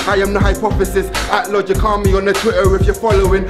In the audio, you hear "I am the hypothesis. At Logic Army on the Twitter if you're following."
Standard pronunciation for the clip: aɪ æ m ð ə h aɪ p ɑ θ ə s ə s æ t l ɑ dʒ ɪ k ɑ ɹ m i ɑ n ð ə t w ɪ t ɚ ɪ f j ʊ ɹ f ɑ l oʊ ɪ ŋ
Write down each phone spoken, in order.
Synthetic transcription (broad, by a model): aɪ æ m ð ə h aɪ p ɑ f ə s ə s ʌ t l ɑ dʒ ɪ k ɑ m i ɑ n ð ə t w ɪ t ɚ ɪ f j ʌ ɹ f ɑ l oʊ ɪ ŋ